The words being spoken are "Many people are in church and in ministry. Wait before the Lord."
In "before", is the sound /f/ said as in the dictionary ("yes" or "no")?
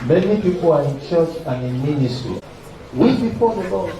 no